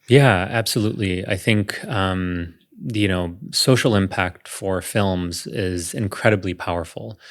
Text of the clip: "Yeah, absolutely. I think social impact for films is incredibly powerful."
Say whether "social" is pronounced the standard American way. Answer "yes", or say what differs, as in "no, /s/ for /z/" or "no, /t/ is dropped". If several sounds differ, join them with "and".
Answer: no, /s/ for /ʃ/